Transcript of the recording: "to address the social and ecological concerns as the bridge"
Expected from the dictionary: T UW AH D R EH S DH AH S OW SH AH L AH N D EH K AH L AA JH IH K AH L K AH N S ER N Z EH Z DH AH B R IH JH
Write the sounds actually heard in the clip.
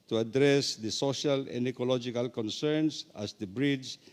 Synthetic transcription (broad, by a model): T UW AH D R EH S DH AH S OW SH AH L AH N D EH K AH L AA JH IH K AH L K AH N S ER N S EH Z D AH B R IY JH